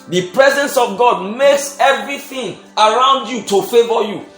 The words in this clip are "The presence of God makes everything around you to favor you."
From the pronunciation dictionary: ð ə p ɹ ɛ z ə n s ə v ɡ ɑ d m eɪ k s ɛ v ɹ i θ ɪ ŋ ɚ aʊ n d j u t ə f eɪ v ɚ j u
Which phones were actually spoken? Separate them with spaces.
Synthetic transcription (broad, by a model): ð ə p ɹ ɛ z ə n s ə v ɡ ɑ d m eɪ k s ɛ v ɹ i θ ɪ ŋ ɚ aʊ n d j u t ə f eɪ v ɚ j u